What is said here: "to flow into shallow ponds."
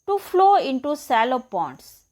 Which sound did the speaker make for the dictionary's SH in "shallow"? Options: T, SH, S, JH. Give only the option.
S